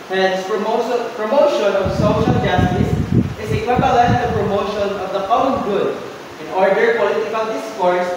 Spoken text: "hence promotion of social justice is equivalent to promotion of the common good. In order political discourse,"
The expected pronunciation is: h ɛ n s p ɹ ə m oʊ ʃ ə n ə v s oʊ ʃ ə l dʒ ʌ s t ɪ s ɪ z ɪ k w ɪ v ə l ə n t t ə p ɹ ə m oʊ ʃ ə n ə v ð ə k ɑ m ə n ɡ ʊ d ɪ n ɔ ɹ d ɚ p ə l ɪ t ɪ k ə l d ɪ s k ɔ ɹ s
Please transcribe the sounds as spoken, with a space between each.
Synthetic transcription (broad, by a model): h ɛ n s p ɹ ə m oʊ ʃ ə n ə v s oʊ ʃ ə l dʒ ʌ s t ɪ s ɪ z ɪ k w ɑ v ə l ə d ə p ɹ ə m oʊ ʃ ə n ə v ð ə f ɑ ə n ɡ ʊ d ɪ n ɔ ɹ d ɚ p ə l ɪ t ɪ k ə l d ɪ s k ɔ ɹ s